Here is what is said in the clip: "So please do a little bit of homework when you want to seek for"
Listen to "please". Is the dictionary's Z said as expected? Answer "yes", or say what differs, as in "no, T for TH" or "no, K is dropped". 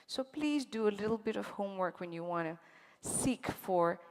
yes